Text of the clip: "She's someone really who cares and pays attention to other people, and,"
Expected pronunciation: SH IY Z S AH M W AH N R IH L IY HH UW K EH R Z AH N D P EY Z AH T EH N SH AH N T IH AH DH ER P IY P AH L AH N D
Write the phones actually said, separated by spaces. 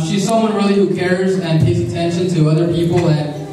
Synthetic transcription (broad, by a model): SH IY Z S AH M W AH N R IH L IY HH UW K EH R Z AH N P EY S AH T EH N SH AH N T IH AH DH ER P IY P L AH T